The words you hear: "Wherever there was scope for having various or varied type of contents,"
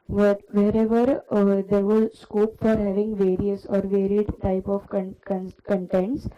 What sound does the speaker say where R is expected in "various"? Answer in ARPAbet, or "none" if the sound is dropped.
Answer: R